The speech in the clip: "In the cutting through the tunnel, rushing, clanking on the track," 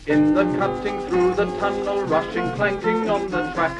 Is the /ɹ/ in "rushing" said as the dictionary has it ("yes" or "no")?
yes